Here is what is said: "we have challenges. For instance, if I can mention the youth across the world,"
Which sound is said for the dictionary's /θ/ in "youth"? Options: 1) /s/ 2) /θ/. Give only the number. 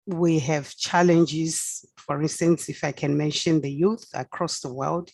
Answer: 2